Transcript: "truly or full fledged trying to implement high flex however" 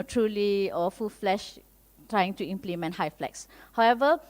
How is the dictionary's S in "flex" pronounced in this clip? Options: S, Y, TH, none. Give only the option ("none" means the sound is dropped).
S